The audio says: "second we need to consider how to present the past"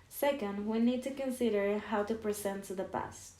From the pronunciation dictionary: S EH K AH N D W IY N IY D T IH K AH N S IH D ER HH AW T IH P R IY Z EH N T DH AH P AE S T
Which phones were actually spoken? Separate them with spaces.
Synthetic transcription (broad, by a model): S EH K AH N D W IY N IY D T IH K AH N S IH D ER HH AW T IH P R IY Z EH N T DH AH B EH S T